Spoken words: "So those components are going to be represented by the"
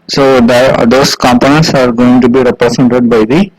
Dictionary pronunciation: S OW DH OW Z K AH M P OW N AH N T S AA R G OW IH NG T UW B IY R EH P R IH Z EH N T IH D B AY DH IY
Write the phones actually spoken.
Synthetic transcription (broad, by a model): S OW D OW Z K AH M P OW N AH N T S AA R G OW IH NG T UW B IY R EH P R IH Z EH N T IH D B AY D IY